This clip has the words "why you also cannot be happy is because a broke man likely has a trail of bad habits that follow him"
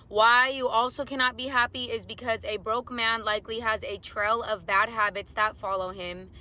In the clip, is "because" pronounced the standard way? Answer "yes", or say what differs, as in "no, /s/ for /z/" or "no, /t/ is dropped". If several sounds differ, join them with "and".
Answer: yes